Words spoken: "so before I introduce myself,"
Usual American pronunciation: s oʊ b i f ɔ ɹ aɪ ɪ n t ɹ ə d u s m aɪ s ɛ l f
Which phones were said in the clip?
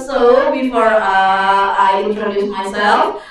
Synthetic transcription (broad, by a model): s oʊ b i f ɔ ɹ aɪ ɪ t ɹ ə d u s m aɪ s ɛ l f